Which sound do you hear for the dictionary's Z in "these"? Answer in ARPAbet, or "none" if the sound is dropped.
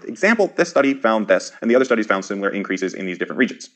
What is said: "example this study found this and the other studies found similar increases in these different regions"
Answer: Z